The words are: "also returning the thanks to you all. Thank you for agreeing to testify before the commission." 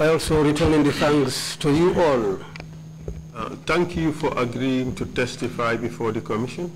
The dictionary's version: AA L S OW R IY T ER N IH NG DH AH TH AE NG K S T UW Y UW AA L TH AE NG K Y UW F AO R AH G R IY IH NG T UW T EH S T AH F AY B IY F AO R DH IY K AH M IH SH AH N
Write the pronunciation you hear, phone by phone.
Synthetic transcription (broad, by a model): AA L S OW R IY T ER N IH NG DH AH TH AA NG S T UW Y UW AA L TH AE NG K Y UW F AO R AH G R IY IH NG T UW T EH S T AH F AY B IY F AO R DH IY K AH M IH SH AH N